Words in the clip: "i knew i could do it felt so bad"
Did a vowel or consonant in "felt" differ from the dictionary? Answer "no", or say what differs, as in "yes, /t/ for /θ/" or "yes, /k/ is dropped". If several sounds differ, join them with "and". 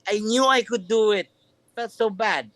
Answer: yes, /l/ is dropped